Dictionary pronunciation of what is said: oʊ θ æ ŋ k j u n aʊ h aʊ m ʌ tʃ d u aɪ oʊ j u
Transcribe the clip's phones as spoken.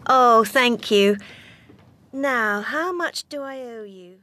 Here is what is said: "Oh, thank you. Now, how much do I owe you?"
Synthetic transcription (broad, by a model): oʊ θ æ ŋ k j u n aʊ h aʊ m ʌ tʃ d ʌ aɪ oʊ j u